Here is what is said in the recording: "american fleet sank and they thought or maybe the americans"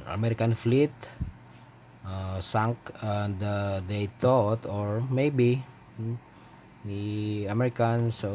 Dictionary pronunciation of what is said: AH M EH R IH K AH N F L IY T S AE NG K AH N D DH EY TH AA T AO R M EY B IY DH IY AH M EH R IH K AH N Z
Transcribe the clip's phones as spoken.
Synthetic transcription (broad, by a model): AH M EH R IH K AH N F L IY T S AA NG K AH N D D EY T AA T AO R M EY B IY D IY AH M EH R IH K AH N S